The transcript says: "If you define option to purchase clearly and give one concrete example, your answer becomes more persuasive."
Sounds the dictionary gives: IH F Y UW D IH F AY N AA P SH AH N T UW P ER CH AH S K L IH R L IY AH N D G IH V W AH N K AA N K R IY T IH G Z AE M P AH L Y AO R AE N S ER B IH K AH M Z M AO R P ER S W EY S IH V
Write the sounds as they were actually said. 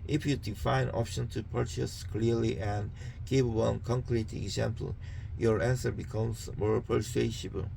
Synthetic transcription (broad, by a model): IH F Y UW D IH F AY N AA P SH AH N T UW P ER CH AH S K L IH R L IY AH N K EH P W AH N K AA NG K R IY T IH G Z AE M P AH L Y AO R AE N S ER B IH K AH M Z M AO R P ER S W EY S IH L